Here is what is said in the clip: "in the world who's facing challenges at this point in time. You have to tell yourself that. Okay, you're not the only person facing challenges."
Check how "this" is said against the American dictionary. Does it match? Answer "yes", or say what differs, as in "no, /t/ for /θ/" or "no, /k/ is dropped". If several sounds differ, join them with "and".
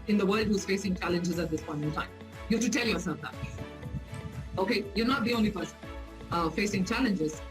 yes